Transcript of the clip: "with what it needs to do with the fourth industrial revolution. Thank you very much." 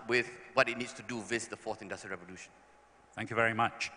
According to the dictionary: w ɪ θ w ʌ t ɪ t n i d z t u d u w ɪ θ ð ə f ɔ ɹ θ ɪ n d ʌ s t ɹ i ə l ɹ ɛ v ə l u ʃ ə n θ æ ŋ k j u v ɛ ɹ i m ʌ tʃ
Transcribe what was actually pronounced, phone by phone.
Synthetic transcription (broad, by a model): w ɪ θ w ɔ t ɪ t n i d s t u d u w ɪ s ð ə f ɔ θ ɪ n d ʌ s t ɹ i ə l ɹ ɛ v ə l u ʃ ə n θ æ ŋ k j u v ɛ ɹ i m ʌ tʃ